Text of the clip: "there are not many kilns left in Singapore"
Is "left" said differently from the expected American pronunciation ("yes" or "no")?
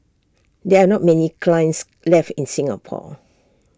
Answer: no